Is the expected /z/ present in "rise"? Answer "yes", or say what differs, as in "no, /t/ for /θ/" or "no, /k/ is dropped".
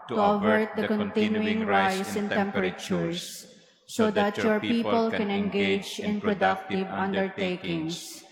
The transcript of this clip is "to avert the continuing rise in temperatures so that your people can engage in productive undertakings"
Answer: no, /s/ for /z/